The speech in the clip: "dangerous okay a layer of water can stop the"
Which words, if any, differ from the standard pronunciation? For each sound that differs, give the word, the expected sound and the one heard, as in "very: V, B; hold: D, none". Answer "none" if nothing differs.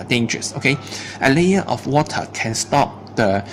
of: V, F